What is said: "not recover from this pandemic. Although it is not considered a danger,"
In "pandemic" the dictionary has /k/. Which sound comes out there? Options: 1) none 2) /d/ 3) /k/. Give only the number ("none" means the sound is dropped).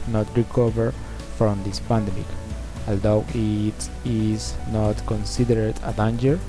3